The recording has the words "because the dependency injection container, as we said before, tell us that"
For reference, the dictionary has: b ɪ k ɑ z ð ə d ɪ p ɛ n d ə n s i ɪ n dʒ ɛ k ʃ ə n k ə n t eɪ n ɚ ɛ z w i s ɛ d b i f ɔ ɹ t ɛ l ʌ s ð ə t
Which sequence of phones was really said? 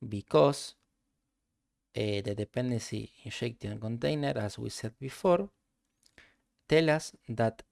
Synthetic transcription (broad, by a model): b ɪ k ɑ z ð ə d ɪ p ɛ n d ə n s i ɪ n ʃ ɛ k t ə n k ə n t eɪ n ɚ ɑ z w i s ɛ d b i f ɔ ɹ t ɛ l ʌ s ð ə t